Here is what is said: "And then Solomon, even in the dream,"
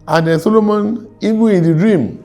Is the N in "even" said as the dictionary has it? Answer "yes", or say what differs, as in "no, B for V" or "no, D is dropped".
no, N is dropped